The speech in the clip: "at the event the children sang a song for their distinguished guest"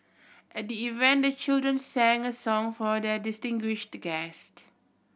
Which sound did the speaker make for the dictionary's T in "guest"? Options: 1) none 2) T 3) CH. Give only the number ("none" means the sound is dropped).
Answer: 2